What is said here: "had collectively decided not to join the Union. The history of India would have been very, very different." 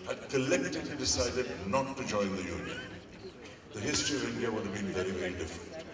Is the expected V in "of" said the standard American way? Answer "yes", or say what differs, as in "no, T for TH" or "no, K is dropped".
yes